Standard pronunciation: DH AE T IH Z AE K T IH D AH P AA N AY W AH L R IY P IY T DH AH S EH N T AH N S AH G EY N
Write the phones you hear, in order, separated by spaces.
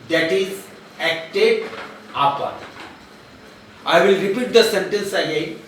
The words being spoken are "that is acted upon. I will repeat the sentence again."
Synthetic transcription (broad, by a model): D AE T IH Z AE K T IH D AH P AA AY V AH L R IY P IY T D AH S EH N T AH N S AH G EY